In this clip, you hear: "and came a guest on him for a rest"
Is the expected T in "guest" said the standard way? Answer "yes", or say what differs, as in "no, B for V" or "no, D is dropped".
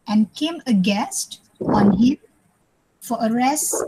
yes